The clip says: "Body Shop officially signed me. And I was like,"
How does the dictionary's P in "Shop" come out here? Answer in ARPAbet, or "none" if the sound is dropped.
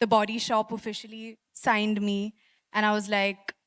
P